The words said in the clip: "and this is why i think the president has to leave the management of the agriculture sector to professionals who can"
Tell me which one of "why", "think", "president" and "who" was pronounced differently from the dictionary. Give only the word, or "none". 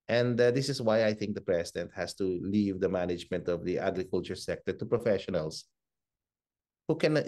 president